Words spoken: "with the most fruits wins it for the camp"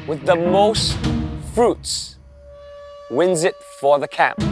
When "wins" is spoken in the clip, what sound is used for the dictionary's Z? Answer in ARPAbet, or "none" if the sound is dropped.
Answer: Z